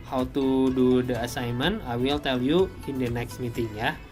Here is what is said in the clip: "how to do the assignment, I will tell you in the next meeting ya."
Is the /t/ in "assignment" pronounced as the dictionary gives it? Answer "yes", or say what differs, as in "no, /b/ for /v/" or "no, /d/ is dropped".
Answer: no, /t/ is dropped